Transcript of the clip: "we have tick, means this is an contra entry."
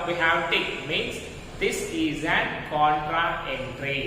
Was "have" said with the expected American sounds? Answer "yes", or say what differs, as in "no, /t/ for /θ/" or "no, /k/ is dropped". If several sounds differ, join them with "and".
no, /w/ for /v/